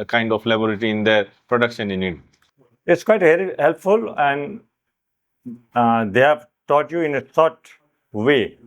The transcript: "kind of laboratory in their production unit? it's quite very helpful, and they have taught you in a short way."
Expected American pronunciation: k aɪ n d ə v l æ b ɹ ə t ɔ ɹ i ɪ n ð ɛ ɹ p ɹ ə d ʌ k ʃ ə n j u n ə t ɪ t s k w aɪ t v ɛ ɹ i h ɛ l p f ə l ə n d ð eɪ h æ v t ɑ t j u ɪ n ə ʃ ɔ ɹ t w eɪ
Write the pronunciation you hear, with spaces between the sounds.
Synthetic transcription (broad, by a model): k aɪ n d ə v l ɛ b ə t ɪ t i ɪ n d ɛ ɹ p ɹ ə d ʌ k ʃ ə n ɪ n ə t ɪ t s k w aɪ t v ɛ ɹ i h ɛ l p f ə l ə n d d eɪ h æ v t ɑ t j u ɪ n ə s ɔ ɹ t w eɪ